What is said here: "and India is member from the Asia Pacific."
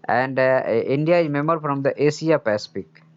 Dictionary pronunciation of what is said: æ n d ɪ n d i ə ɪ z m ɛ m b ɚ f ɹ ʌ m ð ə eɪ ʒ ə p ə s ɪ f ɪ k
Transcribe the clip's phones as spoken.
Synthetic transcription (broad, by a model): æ n d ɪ n d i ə ɪ z m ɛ m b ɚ f ɹ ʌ m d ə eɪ s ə p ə s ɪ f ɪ k